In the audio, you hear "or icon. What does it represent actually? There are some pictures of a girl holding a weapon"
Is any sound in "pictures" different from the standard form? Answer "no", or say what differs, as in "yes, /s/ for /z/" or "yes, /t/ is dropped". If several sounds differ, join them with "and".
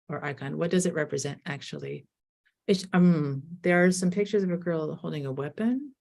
no